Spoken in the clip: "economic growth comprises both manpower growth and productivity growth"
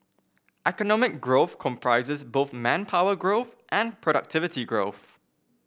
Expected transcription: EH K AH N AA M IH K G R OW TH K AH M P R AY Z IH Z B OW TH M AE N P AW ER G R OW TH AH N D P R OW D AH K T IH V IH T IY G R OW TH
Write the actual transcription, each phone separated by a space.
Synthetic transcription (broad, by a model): EH K AH N AA M IH K G R OW TH K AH M P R AY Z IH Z B OW TH M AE N P AW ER G R OW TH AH N P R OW D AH K T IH V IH T IY G R OW TH